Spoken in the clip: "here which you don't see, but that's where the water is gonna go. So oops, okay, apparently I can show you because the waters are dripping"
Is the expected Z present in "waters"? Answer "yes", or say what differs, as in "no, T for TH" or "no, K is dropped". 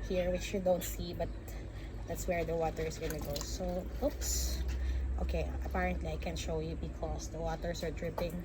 no, S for Z